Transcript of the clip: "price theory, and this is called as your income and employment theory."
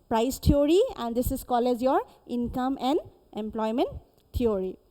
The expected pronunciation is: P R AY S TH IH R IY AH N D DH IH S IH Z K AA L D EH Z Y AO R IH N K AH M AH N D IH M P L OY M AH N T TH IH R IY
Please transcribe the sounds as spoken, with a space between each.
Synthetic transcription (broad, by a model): P R AY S T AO R IY AH N D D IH S IH Z K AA L EH Z Y AO R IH N K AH M AH N D IH M P L OY M AH N T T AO R IY